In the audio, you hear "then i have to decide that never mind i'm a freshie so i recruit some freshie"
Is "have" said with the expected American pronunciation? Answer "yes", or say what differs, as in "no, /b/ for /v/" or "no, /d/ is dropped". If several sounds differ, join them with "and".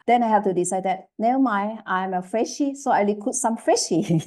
no, /f/ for /v/